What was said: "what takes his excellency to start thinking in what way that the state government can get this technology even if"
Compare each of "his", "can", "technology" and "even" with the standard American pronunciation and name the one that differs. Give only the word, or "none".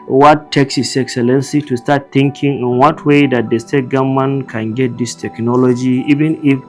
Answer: his